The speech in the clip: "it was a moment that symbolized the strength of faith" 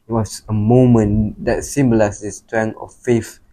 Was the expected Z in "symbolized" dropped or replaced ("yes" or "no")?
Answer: yes